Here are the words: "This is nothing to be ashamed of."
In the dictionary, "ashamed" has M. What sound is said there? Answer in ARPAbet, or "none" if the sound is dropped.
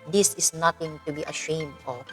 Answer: M